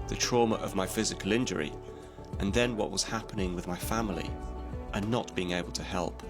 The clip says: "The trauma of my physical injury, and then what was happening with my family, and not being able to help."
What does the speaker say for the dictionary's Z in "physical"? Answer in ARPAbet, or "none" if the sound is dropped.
Z